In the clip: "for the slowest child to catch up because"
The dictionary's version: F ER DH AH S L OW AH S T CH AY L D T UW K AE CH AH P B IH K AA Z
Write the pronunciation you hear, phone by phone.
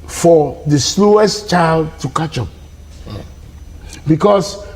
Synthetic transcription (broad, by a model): F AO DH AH S L OW AH S T CH AY L D T UW K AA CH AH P B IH K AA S